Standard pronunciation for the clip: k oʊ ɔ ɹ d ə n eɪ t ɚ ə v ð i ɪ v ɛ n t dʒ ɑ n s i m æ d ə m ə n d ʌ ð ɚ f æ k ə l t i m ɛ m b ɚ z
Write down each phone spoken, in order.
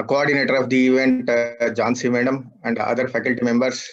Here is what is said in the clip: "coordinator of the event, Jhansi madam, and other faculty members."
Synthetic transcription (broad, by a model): k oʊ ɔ ɹ d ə n eɪ t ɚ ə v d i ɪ v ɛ n t dʒ ɑ n s i m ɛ d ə m ə n d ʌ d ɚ f æ k ə l t i m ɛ m b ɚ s